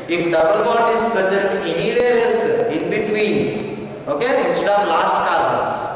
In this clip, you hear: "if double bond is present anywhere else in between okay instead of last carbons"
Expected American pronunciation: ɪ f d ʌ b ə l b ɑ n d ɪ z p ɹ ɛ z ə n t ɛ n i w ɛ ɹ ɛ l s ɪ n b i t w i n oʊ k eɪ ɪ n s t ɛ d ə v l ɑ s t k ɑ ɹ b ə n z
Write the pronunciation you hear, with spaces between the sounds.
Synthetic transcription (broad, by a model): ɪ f d ʌ b ə l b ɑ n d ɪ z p ɹ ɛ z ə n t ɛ n i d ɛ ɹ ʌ n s ɪ n b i t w i n oʊ k eɪ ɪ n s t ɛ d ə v l ɑ s t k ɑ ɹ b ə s